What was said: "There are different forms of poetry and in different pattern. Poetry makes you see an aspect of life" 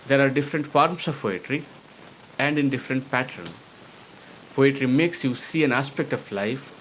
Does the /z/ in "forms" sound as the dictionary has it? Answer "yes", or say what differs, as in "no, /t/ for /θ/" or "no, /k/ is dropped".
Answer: no, /s/ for /z/